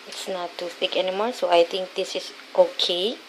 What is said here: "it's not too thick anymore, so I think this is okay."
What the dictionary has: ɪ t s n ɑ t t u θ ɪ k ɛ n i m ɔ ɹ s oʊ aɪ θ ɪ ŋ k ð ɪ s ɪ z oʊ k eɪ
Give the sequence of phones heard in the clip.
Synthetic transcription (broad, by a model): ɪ t s n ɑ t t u t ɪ k ɛ n i m ɔ ɹ s oʊ aɪ t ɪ ŋ k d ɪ s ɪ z oʊ k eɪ